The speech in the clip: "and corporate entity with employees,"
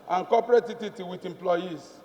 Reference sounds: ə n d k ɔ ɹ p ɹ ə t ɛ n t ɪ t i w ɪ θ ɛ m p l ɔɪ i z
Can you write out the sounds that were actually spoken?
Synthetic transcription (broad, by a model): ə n k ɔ p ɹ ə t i t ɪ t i w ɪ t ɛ m p l ɔɪ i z